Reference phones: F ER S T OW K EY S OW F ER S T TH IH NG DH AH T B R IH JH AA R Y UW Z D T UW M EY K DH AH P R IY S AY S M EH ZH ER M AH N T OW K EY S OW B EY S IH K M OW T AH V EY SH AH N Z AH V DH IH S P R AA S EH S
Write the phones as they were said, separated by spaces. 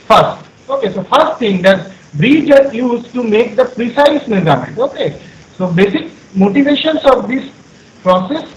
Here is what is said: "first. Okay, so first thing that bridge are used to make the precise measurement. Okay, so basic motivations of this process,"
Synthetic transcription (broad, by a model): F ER S T OW K EY S OW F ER S T T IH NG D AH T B R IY JH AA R Y UW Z T UW M EY K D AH P R IY S AY S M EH Z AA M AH T OW K EY S OW B EY S IH K M OW T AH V EY SH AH N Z AH V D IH S P R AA S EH S